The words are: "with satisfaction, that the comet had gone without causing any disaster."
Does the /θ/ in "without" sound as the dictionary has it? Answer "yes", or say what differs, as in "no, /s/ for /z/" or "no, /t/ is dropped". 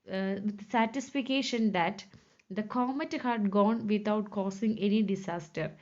no, /t/ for /θ/